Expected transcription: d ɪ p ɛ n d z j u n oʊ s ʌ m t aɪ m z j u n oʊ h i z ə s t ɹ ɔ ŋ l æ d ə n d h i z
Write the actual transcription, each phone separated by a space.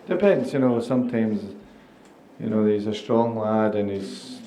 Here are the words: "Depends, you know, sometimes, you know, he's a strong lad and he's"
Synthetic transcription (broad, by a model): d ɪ p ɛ n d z j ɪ n oʊ s ʌ m t aɪ m z j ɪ n oʊ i z ə s t ɹ ɔ ŋ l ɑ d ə n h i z